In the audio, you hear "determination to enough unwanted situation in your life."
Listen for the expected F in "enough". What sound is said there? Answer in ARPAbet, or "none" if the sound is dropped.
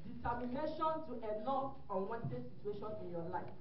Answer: none